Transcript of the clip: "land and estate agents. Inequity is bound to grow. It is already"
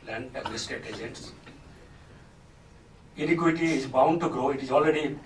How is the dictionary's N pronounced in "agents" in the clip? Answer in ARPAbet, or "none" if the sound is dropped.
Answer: none